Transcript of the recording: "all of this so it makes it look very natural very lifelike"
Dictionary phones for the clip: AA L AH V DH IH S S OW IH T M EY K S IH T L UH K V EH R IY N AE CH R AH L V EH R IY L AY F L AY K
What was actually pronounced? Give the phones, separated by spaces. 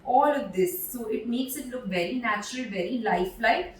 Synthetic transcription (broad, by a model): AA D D IH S S OW IH T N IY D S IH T L UH K V EH R IY N AE CH R AH L V EH R IY L AY F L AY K